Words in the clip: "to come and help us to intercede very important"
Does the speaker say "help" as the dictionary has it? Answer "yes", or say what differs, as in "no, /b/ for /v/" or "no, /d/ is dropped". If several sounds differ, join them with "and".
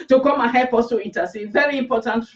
no, /l/ is dropped